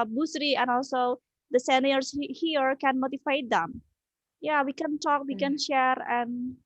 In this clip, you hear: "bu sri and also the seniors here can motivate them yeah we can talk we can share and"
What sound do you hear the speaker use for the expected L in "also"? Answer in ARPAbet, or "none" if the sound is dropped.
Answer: L